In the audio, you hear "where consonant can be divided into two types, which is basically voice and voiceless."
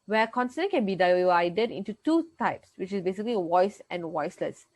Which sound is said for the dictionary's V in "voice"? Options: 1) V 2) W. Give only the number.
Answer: 2